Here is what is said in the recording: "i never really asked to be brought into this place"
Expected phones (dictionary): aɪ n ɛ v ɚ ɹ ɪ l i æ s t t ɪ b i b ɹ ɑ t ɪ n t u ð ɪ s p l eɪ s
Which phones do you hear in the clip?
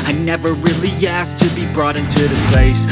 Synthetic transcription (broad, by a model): aɪ n ɛ v ɚ ɹ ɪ l i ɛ s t t ɪ b i b ɹ ɑ t ɪ n t u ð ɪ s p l eɪ s